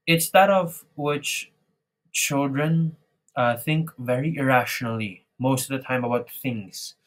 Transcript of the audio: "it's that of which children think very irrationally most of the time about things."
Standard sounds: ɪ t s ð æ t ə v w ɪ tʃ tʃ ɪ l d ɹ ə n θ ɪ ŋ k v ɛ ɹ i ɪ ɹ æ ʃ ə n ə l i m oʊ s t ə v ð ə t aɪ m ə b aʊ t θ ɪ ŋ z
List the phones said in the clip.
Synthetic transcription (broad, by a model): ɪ t s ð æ t ə v w ɪ tʃ tʃ ɪ l d ɹ ə n θ ɪ ŋ k v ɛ ɹ i ɪ ɹ æ ʃ ə n ə l i m oʊ s t ə v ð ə t aɪ m ə b aʊ t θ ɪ ŋ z